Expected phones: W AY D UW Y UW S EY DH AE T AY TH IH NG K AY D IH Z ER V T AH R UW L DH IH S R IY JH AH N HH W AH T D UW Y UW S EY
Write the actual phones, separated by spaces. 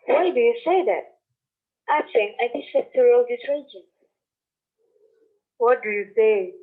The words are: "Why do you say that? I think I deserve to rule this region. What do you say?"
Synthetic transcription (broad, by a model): W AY D UW Y UW S EY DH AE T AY T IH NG AY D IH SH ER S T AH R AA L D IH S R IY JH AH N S W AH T D UW Y UW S EY